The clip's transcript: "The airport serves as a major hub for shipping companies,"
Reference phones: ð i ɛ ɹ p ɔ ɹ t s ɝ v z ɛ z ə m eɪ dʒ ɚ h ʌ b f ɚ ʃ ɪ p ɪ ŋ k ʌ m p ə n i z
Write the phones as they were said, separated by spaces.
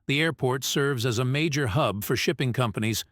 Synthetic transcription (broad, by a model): ð i ɛ ɹ p ɔ ɹ t s ɝ v z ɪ z ə m eɪ dʒ ɚ h ʌ b f ɚ ʃ ɪ p ɪ ŋ k ʌ m p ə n i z